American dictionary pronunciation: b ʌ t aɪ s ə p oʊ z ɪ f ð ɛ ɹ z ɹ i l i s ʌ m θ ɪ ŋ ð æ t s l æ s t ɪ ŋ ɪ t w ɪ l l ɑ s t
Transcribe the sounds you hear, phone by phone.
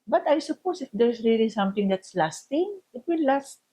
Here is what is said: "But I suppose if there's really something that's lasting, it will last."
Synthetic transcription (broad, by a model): b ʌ t aɪ s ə p oʊ s ɪ f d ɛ ɹ s ɹ i l i s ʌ m t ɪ ŋ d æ t s l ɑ s t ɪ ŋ ɪ t w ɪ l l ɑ s t